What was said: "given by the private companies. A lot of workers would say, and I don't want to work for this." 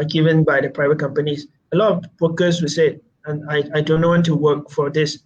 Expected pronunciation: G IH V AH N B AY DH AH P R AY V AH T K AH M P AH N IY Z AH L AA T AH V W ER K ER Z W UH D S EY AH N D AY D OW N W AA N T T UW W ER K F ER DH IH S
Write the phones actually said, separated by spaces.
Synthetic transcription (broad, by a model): G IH V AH N B AY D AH P R AY V AH T K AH M P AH N IY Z AH L AA T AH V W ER K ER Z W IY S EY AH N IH AY D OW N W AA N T T UW W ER K F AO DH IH S